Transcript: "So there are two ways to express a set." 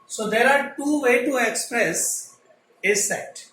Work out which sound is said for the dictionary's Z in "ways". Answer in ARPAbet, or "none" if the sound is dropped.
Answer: none